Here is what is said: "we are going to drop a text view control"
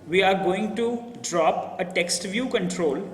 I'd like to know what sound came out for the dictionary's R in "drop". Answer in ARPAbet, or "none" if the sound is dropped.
R